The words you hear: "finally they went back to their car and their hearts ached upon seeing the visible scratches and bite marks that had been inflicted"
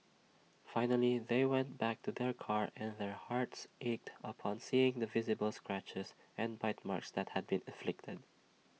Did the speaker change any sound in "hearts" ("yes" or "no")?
no